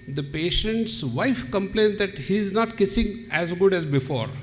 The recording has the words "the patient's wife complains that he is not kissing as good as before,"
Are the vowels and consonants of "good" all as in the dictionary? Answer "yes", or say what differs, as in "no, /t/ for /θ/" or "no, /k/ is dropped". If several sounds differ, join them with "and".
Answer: yes